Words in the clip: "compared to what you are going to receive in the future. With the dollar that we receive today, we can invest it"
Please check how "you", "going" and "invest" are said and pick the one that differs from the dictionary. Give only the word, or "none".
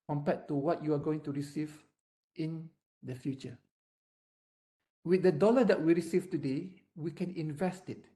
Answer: none